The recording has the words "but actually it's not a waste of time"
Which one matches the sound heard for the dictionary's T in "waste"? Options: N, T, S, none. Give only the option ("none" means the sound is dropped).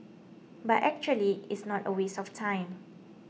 none